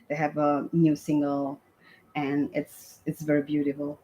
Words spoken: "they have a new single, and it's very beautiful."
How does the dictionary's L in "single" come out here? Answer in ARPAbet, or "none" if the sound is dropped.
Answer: L